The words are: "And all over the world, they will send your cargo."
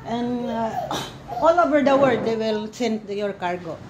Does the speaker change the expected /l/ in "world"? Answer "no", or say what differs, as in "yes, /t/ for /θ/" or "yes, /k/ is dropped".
yes, /l/ is dropped